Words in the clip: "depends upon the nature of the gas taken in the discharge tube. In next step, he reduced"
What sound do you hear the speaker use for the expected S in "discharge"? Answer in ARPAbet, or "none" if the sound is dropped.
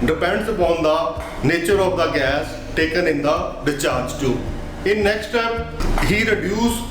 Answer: none